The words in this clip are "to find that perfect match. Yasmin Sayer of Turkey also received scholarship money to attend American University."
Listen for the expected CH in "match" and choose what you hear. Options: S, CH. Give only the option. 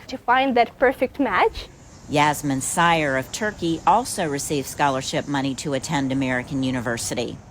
CH